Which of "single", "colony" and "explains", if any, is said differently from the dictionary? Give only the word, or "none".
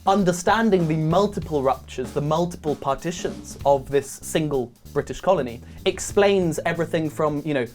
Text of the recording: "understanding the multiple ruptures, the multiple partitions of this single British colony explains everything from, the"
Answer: none